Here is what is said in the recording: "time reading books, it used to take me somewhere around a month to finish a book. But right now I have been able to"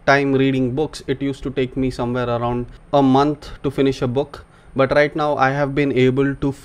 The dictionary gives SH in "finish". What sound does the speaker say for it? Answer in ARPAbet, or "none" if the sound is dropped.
SH